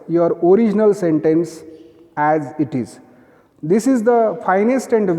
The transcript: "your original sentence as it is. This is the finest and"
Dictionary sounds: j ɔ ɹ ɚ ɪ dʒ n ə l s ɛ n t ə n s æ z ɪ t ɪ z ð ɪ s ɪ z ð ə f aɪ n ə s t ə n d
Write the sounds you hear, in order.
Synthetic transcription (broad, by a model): j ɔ ɹ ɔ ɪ dʒ n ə l s ɛ n t ə n s æ z ɪ t ɪ z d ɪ s ɪ z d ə f aɪ n ə s t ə n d